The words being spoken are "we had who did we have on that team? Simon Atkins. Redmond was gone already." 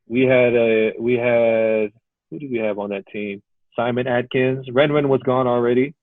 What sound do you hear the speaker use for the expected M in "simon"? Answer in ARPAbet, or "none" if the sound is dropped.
M